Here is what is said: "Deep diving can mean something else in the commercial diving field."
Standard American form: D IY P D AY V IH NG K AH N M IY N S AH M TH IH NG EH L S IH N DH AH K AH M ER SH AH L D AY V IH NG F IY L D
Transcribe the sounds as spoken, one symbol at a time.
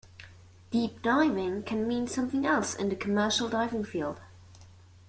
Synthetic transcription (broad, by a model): D IY P D AY V IH NG K AH N M IY N S AH M TH IH NG EH L S IH N DH AH K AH M ER SH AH L D AY V IH NG F IY L D